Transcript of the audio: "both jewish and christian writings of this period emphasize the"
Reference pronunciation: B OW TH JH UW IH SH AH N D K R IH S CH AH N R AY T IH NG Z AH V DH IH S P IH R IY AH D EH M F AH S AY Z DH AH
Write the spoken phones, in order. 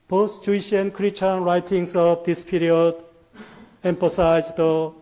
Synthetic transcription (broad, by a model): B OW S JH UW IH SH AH N K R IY CH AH N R AY T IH NG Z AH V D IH S P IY R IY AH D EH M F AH S AY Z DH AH